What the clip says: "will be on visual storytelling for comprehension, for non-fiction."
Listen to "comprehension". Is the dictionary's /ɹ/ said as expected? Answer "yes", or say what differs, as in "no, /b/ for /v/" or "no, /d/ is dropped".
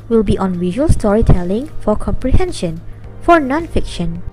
yes